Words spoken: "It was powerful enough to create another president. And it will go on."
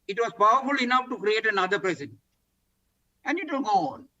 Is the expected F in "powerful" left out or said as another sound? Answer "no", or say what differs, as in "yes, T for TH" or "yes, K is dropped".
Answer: no